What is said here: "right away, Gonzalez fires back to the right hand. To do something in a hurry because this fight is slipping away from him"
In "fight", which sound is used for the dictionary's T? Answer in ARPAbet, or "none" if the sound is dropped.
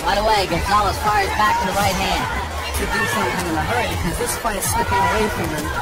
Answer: none